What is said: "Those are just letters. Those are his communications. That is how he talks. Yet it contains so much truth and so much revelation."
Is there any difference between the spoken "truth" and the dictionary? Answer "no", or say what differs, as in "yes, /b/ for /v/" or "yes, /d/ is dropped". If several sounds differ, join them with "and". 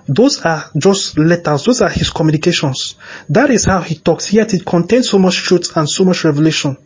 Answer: yes, /s/ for /θ/